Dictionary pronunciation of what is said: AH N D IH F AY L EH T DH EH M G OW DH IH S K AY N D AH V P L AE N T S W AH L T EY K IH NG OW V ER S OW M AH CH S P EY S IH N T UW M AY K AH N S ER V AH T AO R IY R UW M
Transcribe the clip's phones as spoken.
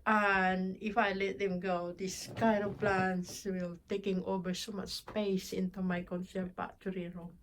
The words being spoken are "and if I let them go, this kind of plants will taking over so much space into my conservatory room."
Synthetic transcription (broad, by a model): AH N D IH F AY L EH T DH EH M G OW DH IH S K AY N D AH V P L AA N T S W AH L T EY K IH NG OW V ER S OW M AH CH S P EY S IH N T UW M AY K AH N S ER P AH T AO R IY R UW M